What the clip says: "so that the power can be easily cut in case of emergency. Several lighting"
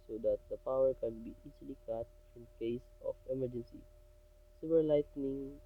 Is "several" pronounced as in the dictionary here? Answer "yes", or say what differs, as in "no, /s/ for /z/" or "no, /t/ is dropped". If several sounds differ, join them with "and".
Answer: no, /ɹ/ is dropped